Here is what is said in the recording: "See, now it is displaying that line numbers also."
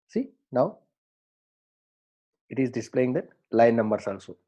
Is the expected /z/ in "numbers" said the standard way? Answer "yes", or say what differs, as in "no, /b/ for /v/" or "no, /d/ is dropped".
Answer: no, /s/ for /z/